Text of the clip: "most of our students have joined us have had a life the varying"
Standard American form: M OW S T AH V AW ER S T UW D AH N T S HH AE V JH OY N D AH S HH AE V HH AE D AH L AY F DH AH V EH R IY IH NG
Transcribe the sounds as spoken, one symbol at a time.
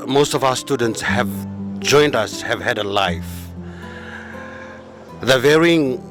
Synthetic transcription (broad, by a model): M OW S T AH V AW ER S T UW D AH N T S HH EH V JH OY N D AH S HH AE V HH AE D AH L AY F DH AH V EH R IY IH NG